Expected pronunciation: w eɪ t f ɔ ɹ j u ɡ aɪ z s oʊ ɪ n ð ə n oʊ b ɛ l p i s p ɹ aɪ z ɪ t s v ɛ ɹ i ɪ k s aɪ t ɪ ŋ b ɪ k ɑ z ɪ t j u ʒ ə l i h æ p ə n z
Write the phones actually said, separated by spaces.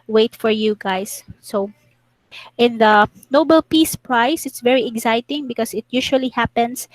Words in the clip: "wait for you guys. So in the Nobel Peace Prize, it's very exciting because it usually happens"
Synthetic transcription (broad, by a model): w eɪ t f ɔ ɹ j u ɡ aɪ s s oʊ ɪ n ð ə n oʊ b ɛ l p i s p ɹ aɪ s ɪ t s v ɛ ɹ i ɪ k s aɪ t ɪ ŋ b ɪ k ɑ s ɪ t j u ʃ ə l i h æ p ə n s